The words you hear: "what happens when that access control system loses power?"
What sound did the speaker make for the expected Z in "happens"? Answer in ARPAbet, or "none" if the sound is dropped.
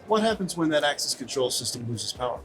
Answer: Z